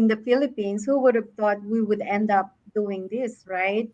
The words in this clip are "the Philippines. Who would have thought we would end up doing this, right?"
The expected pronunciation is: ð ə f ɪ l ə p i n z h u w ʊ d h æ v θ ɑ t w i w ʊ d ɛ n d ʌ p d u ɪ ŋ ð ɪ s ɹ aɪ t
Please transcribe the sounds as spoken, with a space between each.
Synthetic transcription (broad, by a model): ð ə f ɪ l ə p i n s h u w ʊ d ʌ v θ ɑ t w i w ʊ d ɛ n d ʌ p d u ɪ ŋ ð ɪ s ɹ aɪ t